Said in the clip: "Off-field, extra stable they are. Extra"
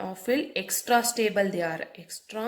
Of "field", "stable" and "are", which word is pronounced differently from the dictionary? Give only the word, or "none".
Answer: field